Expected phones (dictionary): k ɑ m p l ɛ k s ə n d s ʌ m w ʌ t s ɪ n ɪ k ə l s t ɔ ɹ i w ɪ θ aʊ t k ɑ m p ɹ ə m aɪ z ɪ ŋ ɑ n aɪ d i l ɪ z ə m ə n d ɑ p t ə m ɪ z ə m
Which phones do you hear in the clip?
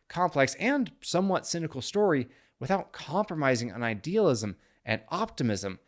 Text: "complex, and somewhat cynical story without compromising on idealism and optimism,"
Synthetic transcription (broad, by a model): k ɑ m p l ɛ k s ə n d s ʌ m w ʌ t s ɪ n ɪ k l s t ɔ ɹ i w ɪ θ aʊ t k ɑ m p ɹ ə m aɪ z ɪ ŋ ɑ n aɪ d i l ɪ z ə m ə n ɑ p t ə m ɪ z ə m